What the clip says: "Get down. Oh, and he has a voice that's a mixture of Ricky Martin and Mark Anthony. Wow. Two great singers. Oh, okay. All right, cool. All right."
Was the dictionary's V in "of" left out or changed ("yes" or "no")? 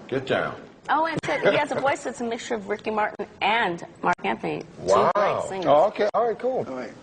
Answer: no